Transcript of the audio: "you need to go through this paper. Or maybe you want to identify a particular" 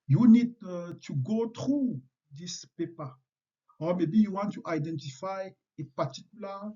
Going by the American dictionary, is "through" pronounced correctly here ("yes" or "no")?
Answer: no